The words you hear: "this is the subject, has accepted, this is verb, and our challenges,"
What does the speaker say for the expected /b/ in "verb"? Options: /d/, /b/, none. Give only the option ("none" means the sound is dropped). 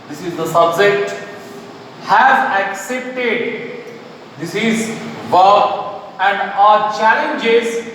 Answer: none